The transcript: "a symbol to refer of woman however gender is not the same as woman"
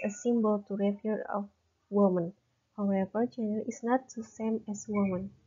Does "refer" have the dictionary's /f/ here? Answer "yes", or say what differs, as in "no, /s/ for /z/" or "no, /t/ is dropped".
no, /p/ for /f/